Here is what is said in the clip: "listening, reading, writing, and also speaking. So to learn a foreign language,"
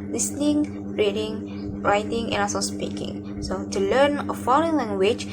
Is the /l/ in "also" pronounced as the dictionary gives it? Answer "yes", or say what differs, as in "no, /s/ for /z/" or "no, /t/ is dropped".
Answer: no, /l/ is dropped